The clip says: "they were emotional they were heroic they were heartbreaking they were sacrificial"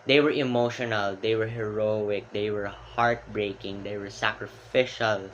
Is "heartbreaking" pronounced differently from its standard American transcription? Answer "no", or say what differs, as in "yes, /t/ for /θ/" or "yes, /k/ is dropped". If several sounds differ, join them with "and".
no